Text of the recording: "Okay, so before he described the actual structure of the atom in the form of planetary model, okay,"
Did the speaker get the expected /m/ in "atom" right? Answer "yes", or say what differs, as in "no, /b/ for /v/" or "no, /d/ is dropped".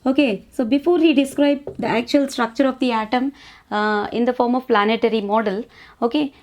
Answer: yes